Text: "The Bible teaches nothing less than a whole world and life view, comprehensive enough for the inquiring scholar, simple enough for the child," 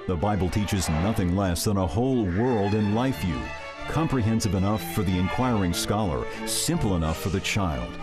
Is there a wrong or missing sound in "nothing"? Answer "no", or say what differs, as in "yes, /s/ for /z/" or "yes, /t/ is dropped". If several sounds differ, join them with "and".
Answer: no